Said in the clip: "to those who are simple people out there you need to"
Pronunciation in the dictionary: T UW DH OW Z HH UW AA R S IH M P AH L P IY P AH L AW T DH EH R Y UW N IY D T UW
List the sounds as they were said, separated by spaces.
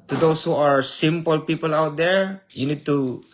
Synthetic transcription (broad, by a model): T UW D OW S HH UW AA R S IH M P AH L P IY P AH L AW T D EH R Y UW N IY D T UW